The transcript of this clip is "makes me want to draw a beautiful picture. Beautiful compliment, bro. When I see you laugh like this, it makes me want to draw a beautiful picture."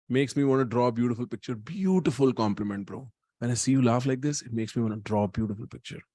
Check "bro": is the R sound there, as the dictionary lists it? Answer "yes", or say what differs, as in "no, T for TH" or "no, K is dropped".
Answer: yes